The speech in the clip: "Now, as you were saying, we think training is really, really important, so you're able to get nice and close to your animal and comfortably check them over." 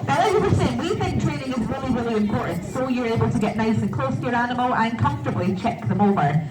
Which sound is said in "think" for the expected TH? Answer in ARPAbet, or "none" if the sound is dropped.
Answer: TH